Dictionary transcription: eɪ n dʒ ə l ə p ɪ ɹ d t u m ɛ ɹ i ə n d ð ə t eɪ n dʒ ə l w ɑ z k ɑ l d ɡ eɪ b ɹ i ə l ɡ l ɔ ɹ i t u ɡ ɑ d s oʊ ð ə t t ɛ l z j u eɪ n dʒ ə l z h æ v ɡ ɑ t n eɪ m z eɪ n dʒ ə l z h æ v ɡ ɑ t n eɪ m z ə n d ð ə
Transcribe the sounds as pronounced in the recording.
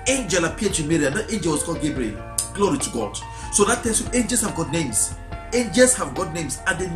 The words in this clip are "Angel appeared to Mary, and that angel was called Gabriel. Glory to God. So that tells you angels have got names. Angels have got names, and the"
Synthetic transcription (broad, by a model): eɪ n dʒ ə l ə p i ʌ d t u m ɛ ɹ i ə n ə t eɪ n dʒ ə l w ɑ s k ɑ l ɡ eɪ b ɹ i ə l ɡ l ɔ ɹ i t u ɡ ɑ d s oʊ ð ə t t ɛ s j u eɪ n dʒ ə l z h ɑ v ɡ ɑ t n eɪ m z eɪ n dʒ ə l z h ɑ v ɡ ɑ t n eɪ m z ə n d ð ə